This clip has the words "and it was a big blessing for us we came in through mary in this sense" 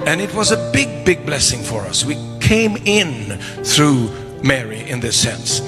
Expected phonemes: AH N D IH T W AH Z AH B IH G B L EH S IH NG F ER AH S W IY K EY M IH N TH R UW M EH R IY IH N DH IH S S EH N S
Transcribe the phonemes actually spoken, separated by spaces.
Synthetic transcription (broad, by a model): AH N IH T W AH Z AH B IH G B L EH S IH NG F ER AH S W IY K EY M IH N TH R UW M EH R IY IH N DH IH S S EH N S